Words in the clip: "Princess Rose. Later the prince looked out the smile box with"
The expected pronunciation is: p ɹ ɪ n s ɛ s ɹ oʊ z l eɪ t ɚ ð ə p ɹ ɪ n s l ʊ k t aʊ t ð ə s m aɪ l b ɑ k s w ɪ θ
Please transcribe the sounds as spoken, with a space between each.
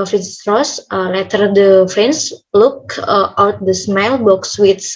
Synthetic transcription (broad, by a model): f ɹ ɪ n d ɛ s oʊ l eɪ t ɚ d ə f ɹ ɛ n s l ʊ k t aʊ t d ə s m aɪ l b ɑ k s w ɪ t